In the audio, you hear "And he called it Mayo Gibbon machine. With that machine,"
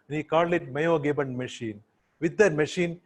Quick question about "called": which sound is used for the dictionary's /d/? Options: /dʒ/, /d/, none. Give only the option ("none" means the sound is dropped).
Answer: none